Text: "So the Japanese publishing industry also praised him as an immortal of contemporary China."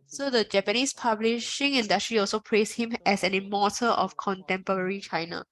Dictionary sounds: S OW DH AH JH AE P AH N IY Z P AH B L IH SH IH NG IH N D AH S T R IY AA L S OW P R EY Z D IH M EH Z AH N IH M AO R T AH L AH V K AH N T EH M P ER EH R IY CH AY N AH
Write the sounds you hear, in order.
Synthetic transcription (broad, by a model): S OW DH AH JH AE P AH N IY S P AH B L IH SH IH NG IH N D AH S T R IY AA L S OW P R EY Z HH IH M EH S AH N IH M AO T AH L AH F K AH N T EH M P ER EH R IY CH AY N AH